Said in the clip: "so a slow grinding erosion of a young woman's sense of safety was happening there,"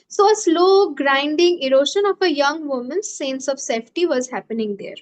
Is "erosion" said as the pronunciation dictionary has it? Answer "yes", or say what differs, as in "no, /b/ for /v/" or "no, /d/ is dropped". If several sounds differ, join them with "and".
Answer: no, /ʃ/ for /ʒ/